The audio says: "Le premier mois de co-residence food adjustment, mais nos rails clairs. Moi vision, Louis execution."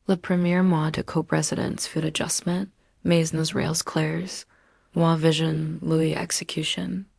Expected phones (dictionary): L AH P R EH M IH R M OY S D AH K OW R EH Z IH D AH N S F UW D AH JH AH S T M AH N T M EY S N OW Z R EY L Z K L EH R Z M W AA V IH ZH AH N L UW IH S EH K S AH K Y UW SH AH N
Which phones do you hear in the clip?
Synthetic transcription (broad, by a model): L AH P R EH M IH R M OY D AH K OW R EH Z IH D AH N S F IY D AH JH AH S M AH N T M EY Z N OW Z R EY L Z K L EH R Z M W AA V IH ZH AH N L UW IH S EH K S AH K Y UW SH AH N